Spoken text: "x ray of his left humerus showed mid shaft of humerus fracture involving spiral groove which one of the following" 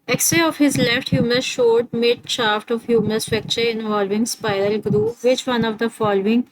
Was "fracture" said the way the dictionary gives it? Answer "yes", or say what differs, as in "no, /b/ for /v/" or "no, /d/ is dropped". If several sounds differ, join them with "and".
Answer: no, /ɹ/ is dropped